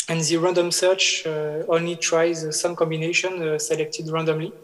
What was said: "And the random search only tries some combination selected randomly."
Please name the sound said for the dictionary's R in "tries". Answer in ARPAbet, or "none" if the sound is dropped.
R